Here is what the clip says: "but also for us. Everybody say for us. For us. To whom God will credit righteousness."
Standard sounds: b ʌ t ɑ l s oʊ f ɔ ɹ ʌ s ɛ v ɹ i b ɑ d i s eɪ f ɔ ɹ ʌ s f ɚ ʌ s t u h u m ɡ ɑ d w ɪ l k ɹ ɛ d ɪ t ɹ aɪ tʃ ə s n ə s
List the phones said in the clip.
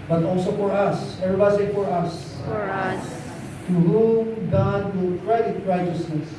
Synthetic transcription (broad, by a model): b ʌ t ɑ l s oʊ f ɔ ɹ ʌ s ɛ ɹ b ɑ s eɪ f ɔ ɹ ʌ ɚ ʌ s t u h u m ɡ ɑ d w ɪ l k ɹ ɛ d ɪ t ɹ aɪ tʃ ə s n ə s